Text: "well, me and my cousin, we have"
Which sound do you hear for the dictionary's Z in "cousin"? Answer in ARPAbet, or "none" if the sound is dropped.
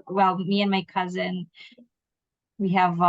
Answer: Z